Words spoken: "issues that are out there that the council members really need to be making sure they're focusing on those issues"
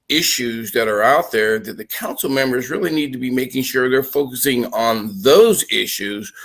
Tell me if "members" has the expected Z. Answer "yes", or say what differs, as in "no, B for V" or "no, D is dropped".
yes